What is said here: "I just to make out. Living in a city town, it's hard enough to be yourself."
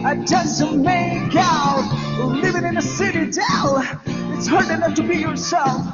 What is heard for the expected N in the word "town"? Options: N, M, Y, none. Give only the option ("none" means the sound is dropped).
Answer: none